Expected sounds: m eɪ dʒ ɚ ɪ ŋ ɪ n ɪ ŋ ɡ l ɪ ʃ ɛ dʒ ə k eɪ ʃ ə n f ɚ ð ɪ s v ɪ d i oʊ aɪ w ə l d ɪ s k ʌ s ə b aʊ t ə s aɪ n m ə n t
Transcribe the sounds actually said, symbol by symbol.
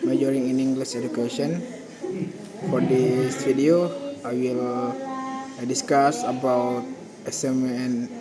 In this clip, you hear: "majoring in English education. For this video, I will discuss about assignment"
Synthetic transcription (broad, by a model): m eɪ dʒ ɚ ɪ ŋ ɪ n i ŋ ɡ l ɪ s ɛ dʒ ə k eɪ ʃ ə n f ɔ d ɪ s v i d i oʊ aɪ w ə l d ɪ s k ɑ s ə b aʊ t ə s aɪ m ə n